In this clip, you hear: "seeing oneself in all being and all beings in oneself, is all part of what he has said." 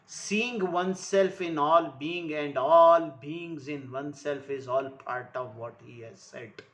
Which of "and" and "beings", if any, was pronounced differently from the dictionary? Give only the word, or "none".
none